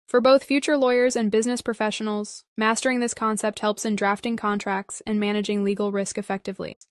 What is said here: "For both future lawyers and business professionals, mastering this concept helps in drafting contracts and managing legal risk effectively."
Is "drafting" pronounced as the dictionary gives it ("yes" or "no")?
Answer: yes